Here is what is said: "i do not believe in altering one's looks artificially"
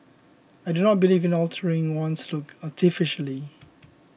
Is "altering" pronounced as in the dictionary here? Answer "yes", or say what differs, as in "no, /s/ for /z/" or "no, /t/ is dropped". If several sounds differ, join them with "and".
yes